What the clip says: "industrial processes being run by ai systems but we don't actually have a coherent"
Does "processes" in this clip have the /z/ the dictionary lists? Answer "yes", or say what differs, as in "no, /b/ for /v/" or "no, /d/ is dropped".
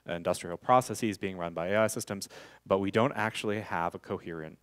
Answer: yes